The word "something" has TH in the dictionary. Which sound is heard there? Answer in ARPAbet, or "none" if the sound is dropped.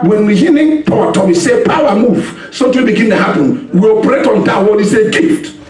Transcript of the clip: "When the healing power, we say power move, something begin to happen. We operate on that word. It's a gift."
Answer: T